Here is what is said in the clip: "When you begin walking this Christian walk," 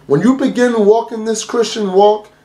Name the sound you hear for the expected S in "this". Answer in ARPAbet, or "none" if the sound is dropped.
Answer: S